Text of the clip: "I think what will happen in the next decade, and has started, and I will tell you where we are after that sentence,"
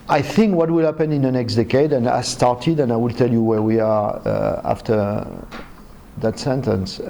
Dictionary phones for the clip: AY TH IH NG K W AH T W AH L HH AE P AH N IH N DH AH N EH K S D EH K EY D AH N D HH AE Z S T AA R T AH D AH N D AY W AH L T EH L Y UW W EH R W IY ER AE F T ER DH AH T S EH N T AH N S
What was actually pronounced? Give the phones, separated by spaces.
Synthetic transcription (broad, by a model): AY TH IH NG K W AH T W AH L HH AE P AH N IH N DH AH N EH K S D EH K EY D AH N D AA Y S T AA R T AH D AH N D AY W AH L T EH L Y UW W EH R W IY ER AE F T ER DH AH T S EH N T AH N S